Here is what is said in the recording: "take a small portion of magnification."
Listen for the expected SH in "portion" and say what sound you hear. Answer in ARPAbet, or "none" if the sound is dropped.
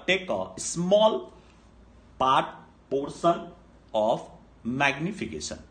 S